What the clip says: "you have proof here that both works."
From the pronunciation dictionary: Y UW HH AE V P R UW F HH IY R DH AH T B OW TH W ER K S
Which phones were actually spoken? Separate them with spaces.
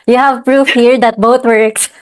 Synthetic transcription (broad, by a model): Y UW HH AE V P R UW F HH IY R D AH T B OW T W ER K S